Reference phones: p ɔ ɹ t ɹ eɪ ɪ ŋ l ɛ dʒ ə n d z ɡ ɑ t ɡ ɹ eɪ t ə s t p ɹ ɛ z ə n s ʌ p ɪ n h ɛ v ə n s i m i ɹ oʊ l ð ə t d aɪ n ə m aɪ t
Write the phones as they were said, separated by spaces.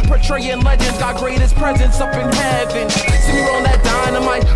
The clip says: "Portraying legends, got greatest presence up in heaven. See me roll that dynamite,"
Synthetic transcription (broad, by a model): p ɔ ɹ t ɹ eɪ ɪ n l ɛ dʒ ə n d z ɡ ɑ t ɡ ɹ eɪ t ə s p ɹ ɛ z ə n s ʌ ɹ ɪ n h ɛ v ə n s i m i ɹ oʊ n ð ə t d aɪ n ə m aɪ